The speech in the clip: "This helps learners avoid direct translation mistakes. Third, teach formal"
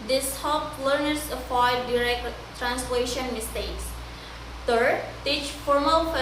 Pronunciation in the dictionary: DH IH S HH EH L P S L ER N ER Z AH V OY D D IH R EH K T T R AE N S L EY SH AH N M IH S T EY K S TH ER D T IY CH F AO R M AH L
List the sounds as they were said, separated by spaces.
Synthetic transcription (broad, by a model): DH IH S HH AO P L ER N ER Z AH F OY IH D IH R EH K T T R AE N S L EY SH AH N M IH S T EY K S T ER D T IY CH F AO R M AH L